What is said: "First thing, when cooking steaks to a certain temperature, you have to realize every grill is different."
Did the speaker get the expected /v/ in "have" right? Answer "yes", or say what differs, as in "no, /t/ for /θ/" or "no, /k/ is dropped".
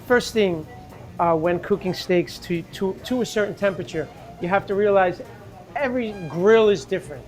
no, /f/ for /v/